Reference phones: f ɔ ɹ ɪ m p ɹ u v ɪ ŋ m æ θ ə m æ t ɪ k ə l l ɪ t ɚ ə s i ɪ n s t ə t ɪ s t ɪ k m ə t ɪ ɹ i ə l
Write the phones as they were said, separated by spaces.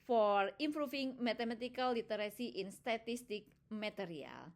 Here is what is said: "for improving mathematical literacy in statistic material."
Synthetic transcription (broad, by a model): f ɔ ɹ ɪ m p ɹ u f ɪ ŋ m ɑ t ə m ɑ t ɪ k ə l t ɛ t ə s i ɪ n s t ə t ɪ s t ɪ k m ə t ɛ ɹ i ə l